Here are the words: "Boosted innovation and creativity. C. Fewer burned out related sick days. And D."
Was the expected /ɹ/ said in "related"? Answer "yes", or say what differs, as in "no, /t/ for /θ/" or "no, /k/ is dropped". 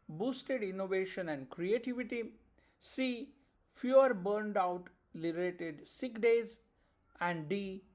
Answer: no, /l/ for /ɹ/